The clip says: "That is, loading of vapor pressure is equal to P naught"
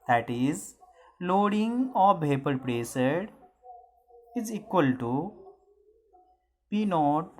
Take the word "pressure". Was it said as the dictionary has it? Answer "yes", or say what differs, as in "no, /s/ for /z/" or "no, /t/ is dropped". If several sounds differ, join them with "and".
no, /s/ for /ʃ/